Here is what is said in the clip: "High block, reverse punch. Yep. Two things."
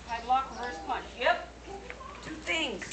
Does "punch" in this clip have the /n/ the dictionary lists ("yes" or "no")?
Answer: no